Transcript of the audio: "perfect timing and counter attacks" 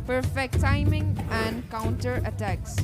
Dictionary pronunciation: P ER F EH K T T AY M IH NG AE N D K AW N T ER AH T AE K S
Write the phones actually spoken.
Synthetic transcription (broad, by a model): P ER F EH K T T AY M IH NG AE N D K AW N T ER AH T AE K S